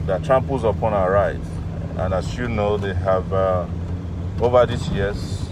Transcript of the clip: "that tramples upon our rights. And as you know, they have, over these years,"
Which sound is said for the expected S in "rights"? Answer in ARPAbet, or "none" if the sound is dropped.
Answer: none